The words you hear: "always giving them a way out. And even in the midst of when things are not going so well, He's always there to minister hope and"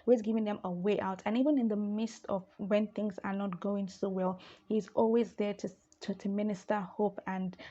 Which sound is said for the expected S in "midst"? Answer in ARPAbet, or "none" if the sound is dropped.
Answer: S